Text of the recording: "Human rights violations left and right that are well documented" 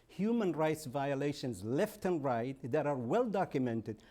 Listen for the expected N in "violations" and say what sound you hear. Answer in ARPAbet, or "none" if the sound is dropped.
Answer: N